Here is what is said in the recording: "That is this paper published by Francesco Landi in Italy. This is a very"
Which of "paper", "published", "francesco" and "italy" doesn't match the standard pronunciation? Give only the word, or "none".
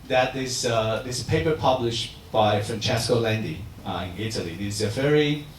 none